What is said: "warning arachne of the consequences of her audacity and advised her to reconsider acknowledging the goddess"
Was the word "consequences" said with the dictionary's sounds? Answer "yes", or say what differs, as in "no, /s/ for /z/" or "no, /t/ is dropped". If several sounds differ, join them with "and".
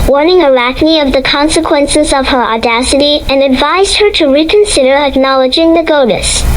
yes